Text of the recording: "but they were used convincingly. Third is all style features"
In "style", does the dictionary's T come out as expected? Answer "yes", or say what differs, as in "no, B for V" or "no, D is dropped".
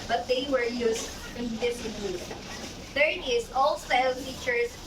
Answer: no, S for T